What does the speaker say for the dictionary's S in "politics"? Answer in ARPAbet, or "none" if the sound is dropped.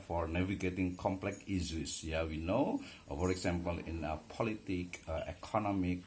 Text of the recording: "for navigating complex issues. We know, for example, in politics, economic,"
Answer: none